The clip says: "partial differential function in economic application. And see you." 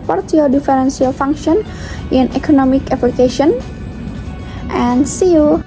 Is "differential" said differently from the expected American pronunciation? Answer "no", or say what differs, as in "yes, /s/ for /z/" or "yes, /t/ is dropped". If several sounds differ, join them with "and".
yes, /s/ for /ʃ/